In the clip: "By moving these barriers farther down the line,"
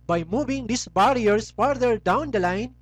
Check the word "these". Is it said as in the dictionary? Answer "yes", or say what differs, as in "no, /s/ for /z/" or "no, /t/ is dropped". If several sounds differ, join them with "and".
no, /s/ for /z/